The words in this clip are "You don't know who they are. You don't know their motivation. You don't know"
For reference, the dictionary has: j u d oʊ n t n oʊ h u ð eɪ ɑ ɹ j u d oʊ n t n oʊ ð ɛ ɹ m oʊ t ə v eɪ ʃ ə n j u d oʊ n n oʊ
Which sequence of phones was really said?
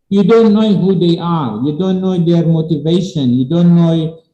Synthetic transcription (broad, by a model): j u d oʊ n t n oʊ h u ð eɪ ɑ ɹ j u d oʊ n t n oʊ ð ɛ ɹ m oʊ t ə v eɪ ʃ ə n j u d oʊ n n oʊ